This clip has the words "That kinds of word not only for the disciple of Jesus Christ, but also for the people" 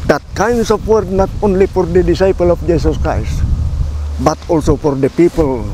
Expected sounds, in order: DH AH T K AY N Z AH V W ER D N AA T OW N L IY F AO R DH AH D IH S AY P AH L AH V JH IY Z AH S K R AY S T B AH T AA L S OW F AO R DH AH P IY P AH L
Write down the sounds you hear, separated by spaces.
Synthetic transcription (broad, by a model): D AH T K AY N S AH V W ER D N AA T OW N L IY F AO R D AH D IH S AY P AH L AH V JH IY S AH S K R AY S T B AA T AA L S OW F AO R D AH P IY P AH L